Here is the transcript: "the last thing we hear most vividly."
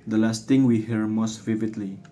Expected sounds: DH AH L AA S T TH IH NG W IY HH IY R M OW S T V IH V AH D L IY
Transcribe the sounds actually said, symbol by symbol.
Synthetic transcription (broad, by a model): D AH L AA S T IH NG W IY HH IY R M OW S T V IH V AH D L IY